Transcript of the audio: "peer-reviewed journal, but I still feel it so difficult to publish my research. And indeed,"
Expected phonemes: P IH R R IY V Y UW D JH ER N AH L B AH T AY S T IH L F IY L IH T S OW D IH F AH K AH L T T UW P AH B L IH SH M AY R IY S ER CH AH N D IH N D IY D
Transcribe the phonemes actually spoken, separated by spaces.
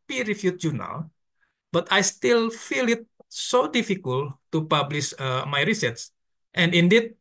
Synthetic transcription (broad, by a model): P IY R R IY F Y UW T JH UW N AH L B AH T AY S T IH L F IY L IH T S OW D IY F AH K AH L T T UW P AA B L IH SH M AY R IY S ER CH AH N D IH N D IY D